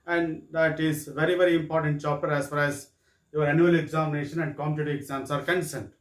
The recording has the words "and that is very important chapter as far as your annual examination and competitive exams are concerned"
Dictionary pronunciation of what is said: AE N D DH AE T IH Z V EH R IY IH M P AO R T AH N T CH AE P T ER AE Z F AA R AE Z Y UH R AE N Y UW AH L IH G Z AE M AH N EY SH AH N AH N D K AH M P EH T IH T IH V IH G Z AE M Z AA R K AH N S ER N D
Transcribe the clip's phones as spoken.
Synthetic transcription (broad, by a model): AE N D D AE T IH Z V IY R IY IH M P AO R T AH N T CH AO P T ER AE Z F AA R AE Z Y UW R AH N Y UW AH L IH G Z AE M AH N EY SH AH N AH N D K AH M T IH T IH IH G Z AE M S AA R K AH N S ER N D